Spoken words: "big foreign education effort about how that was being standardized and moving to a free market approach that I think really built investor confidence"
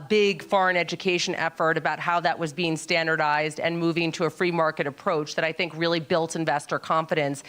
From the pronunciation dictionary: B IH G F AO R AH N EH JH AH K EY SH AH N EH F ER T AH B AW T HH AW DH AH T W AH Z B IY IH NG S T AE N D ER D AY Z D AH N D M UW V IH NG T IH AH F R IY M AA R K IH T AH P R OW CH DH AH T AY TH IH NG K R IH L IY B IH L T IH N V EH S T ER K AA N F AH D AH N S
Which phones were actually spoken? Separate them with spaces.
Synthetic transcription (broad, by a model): B IH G F AO R AH N EH JH AH K EY SH AH N EH F ER T AH B AW T HH AW DH AH T W AH Z B IY IH NG S T AE N D ER D AY Z D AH N M UW V IH NG T IH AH F R IY M AA R K IH T AH P R OW CH DH AH T AY TH IH NG K R IH L IY B IH L T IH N V EH S T ER K AA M F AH D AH N S